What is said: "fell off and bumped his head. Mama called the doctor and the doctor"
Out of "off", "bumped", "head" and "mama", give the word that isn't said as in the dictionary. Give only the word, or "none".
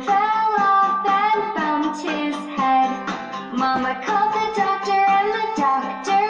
bumped